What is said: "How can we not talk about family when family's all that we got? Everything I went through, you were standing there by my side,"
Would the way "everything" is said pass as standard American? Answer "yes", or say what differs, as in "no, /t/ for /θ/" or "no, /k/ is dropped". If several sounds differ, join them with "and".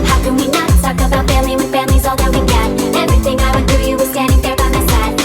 yes